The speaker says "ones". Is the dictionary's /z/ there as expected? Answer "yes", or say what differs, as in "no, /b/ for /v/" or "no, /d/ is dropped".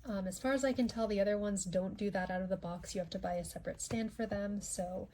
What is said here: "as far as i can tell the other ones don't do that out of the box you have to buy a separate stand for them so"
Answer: yes